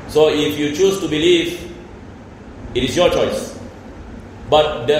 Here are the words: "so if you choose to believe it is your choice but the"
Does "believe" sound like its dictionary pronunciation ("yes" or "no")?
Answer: yes